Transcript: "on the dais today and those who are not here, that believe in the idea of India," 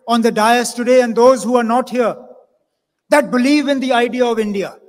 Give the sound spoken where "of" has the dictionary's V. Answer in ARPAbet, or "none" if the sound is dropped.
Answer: V